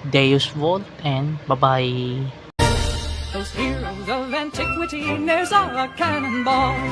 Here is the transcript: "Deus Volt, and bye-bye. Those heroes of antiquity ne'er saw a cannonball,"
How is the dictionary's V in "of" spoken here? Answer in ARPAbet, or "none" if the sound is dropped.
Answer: V